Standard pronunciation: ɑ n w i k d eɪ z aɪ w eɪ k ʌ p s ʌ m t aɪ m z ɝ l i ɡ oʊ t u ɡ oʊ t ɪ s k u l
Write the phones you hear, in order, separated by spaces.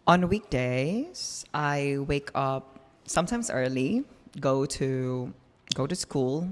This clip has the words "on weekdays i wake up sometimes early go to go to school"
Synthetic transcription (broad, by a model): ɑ n w i k d eɪ z aɪ w eɪ k ʌ p s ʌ m t aɪ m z ɝ l i ɡ oʊ t u ɡ oʊ t ɪ s k u l